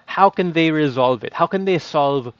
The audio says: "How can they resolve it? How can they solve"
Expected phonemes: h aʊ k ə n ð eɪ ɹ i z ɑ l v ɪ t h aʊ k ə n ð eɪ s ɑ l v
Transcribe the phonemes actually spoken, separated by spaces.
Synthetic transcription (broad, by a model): h aʊ k ə n ð eɪ ɹ i z ɑ l v ɪ t h aʊ k ə n ð eɪ s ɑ l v